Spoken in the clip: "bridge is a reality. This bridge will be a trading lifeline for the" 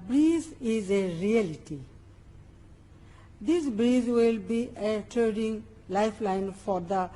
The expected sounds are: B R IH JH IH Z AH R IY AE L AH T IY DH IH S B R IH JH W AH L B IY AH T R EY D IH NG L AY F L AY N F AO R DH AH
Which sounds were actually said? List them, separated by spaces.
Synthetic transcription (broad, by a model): B R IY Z IH Z AH R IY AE L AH T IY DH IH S B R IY Z W AH L B IY AH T EY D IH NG L AY F L AY N F AO R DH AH